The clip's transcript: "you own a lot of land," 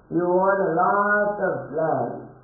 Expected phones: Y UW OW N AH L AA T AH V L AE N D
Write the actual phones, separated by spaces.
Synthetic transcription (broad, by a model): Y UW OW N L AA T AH P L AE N